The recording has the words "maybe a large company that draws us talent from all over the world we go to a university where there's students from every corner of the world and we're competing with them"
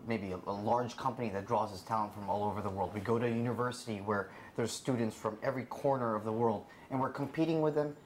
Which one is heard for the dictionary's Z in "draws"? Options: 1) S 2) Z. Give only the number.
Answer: 2